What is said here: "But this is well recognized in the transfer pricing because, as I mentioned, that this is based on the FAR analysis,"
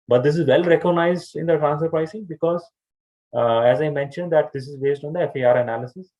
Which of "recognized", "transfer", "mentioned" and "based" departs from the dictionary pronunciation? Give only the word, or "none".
transfer